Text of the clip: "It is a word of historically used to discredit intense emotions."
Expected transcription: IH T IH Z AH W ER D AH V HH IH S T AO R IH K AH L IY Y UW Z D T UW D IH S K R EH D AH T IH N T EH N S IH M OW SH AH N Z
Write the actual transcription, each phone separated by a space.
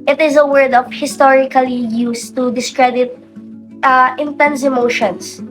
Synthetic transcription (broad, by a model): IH T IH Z AH W ER D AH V HH IH S T AO R IH K AH L IY Y UW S T UW D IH S K R EH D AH T IH N T EH N S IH M OW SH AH N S